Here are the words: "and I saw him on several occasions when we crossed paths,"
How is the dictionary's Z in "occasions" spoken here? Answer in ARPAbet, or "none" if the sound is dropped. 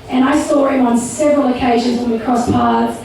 Z